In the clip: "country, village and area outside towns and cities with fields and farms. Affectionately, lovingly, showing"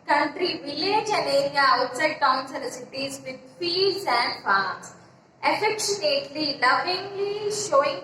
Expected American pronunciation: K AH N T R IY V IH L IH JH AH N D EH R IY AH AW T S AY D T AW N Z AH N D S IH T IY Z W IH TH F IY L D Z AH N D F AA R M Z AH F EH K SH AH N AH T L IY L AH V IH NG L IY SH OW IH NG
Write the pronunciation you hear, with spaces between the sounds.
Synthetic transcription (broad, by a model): K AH N T R IY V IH L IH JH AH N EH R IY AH AW T S AY D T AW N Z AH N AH S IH T IY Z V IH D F IY D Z AH N D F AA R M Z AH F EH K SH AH N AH T L IY L AH V IH NG L IY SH OW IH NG